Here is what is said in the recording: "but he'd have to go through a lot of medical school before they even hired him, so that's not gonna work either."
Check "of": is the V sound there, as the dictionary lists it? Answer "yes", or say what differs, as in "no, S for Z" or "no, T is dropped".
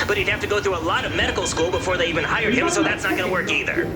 yes